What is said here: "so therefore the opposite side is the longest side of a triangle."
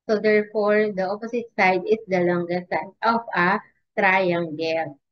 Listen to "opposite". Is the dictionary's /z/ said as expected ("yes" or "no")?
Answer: no